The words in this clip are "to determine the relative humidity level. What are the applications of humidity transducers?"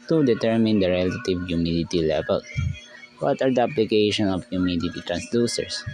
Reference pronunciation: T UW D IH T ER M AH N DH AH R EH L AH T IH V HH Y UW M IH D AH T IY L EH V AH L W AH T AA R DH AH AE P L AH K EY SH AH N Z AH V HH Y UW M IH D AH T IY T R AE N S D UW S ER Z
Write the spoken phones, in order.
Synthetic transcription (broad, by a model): T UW D IH T ER M AH N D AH R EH L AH T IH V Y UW M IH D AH T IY L EH V AH L W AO T AA R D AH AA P L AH K EY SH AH N AH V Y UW M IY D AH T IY T R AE N S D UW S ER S